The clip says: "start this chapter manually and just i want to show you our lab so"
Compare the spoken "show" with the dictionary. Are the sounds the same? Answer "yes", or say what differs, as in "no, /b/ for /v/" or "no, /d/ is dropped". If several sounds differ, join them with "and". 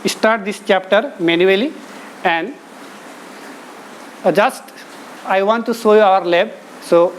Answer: no, /s/ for /ʃ/